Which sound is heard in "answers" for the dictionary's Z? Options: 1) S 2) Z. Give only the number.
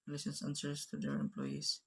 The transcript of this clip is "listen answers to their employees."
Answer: 1